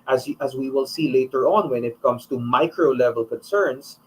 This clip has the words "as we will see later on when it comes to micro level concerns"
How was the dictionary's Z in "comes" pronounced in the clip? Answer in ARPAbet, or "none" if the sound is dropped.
S